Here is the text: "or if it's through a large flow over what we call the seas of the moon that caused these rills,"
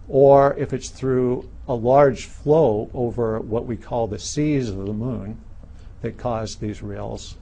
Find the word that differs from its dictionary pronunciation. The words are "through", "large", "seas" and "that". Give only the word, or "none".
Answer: none